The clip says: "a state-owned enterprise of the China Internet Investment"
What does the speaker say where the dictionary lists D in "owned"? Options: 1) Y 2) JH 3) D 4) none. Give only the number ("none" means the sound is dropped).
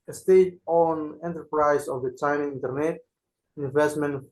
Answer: 4